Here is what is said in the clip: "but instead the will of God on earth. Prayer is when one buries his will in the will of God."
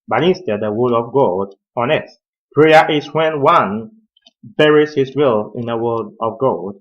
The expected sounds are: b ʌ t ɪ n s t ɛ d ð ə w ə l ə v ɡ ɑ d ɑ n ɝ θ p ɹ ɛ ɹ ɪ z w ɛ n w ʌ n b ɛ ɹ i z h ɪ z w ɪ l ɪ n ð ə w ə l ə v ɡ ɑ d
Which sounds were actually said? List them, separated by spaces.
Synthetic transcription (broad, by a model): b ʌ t ɪ n s t ɛ d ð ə w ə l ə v ɡ ɑ d ɑ n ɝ t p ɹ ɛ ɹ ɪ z w ɛ n w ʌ n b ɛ ɹ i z h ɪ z w ɪ l ɪ n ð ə w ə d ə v ɡ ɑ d